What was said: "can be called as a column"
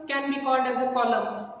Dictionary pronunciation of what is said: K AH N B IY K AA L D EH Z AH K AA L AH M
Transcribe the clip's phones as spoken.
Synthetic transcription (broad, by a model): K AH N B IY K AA D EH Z AH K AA L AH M